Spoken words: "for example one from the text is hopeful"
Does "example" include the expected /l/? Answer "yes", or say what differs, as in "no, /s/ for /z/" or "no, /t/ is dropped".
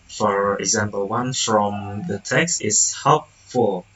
yes